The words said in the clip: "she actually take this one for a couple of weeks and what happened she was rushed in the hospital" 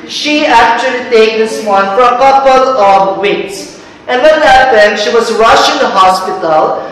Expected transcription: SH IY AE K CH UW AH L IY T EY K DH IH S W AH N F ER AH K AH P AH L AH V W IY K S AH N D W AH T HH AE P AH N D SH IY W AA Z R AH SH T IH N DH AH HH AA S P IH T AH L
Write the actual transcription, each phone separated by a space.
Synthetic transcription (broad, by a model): SH IY AE K CH UW AH L IY T EY K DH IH S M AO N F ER AH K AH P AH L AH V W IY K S AH N D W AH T HH AE P AH N D SH IY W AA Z R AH SH IH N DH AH HH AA S P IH T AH L